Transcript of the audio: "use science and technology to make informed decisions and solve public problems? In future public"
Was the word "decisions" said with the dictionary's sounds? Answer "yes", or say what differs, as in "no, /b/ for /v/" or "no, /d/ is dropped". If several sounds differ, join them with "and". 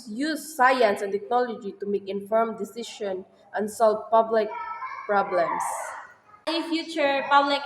no, /ʃ/ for /ʒ/ and /z/ is dropped